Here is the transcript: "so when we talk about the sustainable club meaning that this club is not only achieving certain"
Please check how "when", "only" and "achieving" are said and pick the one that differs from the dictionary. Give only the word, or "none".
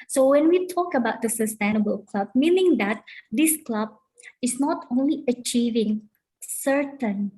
none